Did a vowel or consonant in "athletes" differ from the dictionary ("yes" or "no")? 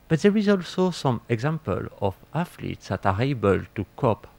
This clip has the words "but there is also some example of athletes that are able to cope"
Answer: yes